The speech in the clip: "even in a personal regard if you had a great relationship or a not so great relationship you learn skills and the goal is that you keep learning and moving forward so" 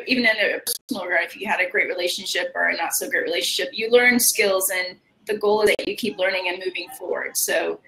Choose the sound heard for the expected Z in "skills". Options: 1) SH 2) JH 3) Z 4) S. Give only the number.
3